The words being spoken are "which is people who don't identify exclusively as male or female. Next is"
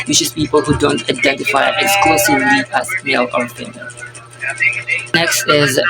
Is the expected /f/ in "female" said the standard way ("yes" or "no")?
no